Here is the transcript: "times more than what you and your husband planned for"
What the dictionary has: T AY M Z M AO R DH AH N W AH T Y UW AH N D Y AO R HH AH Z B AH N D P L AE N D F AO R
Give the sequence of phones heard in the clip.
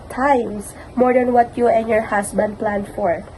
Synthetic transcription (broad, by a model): T AY M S M AO R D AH N W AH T Y UW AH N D Y AO R HH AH S B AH N D P L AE N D F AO R